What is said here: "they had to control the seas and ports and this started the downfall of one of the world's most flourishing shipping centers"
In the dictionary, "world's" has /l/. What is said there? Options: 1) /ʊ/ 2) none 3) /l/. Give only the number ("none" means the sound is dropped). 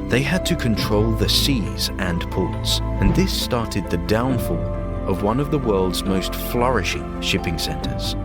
3